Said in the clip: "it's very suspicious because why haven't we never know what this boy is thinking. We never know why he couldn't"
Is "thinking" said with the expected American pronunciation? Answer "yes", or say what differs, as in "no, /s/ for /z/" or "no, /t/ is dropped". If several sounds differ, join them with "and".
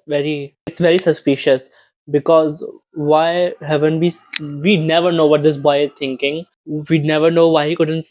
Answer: no, /t/ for /θ/